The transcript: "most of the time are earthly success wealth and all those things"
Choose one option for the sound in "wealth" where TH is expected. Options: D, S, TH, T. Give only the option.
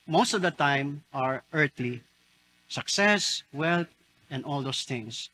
T